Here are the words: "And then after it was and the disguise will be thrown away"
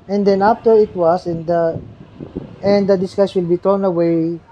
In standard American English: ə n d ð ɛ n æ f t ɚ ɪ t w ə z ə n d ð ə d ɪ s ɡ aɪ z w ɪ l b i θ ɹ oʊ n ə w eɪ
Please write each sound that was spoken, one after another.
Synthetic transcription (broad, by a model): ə n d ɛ n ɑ f t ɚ ɪ t w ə s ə n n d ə d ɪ s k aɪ s w ɪ l b i t ɹ oʊ n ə w eɪ